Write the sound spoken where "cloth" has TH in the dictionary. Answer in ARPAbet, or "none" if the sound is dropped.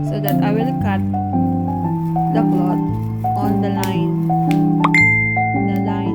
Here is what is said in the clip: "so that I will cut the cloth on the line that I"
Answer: T